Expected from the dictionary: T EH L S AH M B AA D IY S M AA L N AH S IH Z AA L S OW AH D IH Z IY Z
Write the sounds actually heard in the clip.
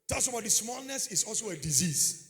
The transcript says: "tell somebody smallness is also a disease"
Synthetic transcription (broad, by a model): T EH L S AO B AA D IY S M AA L N AH S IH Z AA L S OW AH D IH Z IY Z